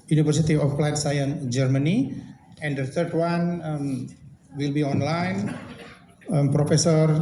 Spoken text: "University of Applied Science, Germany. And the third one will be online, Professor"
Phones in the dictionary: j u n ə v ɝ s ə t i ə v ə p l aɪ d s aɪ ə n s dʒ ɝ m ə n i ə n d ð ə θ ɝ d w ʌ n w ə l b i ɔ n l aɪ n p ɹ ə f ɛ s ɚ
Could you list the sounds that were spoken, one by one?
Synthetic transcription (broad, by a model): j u n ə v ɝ s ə t i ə f l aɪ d s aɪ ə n dʒ ɝ m ə n i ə n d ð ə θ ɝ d w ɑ n w ə l b i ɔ n l aɪ n p ɹ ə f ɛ s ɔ